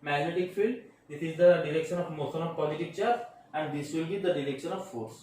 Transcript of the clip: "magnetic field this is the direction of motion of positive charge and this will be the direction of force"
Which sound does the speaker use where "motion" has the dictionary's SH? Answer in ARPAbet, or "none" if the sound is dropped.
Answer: S